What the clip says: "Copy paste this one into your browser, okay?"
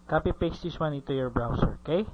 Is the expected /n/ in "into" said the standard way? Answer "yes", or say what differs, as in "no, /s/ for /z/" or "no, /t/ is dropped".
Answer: no, /n/ is dropped